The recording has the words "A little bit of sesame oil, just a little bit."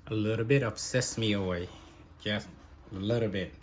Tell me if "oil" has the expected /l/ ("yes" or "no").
no